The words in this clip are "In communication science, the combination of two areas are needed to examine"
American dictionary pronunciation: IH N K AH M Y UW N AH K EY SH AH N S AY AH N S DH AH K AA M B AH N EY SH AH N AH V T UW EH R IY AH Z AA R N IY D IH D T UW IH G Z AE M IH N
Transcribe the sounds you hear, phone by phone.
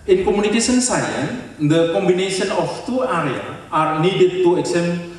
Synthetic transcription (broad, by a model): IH N K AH M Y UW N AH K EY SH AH N S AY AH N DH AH K AA M B AH N EY SH AH N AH F T UW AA R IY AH AA R N IY D IH D T UW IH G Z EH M